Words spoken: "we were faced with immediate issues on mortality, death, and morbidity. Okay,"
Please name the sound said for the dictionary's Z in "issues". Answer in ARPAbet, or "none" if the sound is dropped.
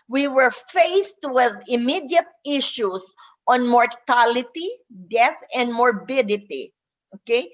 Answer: S